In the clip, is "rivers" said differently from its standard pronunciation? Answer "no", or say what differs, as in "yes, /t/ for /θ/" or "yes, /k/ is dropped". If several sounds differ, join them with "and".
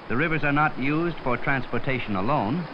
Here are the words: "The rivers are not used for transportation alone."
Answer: no